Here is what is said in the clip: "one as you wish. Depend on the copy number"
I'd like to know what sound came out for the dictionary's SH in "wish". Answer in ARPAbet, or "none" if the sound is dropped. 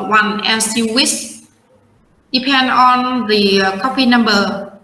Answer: S